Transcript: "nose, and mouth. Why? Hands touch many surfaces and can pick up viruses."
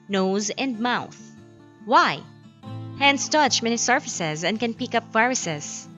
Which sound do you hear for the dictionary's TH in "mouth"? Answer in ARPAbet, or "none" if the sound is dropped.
TH